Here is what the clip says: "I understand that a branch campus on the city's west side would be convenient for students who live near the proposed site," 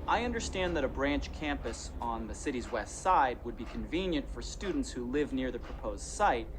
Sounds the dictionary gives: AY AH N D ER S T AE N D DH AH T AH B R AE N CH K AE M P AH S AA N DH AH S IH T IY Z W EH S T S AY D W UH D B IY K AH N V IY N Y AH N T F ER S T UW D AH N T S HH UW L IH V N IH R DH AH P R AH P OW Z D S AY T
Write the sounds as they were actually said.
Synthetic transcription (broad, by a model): AY AH N D ER S T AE N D DH AH T AH B R AE N CH K AE M P AH S N DH AH S IH T IY Z W EH S T S AY D W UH D B IY K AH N V IY N Y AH N T F ER S T UW D N T S HH UW L IH V N IH R DH AH P R AH P OW Z D S AY T